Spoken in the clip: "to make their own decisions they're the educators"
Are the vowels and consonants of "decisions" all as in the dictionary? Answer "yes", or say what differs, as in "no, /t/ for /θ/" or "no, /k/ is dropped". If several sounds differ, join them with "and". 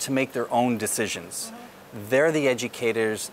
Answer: yes